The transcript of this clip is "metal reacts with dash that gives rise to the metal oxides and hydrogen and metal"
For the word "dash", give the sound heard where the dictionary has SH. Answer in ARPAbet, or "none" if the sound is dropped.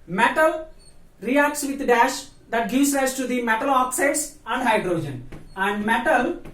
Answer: SH